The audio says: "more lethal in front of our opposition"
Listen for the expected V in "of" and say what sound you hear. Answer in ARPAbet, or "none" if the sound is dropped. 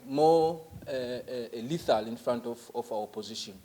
F